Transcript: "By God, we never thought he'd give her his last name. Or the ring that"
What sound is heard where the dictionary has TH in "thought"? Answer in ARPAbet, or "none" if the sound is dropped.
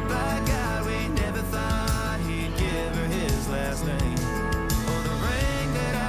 TH